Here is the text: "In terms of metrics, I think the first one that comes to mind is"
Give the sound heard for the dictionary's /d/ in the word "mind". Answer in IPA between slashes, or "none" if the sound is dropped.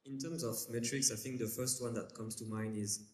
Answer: none